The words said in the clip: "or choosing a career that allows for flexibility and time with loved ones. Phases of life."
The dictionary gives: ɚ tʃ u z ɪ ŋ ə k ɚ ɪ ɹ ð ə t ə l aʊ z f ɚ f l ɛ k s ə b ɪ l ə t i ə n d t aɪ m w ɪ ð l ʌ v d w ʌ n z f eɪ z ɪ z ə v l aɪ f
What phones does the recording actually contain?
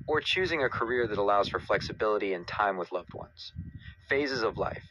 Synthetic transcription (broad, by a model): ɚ tʃ u z ɪ ŋ ə k ɚ ɪ ɹ ð ə t ə l aʊ z f ɚ f l ɛ k s ə b ɪ l ə t i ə n t aɪ m w ɪ ð l ʌ v d w ʌ n z f eɪ z ɪ z ə v l aɪ f